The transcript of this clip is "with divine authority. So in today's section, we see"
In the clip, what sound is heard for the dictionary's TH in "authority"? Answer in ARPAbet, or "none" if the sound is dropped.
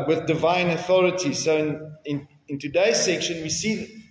TH